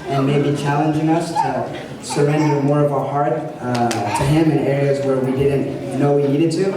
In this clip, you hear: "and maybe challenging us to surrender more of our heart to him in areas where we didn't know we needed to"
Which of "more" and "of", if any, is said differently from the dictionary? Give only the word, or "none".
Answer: none